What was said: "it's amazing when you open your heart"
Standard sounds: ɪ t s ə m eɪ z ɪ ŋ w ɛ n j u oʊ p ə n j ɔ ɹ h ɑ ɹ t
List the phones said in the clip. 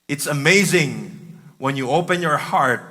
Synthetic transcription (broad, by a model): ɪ t s ə m eɪ z ɪ ŋ w ɛ n j u oʊ p ə n j ɔ ɹ h ɑ ɹ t